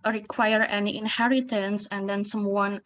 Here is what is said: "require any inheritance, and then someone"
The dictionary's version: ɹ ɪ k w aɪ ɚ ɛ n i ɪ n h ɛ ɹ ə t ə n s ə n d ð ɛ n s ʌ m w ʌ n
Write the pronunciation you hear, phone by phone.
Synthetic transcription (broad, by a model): ɹ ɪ k w aɪ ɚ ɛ n i ɪ n h ɛ ɹ ə t ə n s ə n d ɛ n s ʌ m w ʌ n